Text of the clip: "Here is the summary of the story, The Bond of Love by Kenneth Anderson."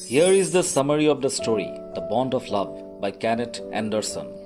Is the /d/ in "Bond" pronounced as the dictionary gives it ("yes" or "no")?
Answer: yes